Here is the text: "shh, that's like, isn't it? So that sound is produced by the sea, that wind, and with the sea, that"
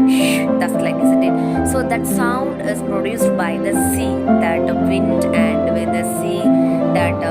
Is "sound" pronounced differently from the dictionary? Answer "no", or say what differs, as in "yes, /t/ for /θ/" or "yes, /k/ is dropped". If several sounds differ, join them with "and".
no